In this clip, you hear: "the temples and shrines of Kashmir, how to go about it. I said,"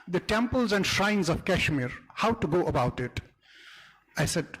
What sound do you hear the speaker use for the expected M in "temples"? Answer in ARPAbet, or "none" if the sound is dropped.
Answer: M